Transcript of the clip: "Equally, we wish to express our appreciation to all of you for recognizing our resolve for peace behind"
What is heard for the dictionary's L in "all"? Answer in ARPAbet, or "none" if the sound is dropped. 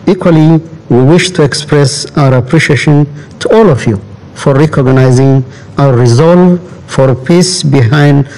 L